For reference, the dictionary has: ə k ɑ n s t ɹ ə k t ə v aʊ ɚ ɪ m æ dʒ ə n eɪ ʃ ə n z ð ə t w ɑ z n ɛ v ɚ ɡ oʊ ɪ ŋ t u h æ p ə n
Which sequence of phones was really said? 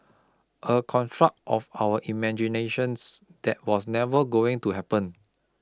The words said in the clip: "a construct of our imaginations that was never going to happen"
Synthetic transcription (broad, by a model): ə k ɑ n t ɹ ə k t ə f aʊ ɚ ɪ m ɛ dʒ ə n eɪ ʃ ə n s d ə t w ɑ s n ɛ v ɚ ɡ oʊ ɪ ŋ t u h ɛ p ə n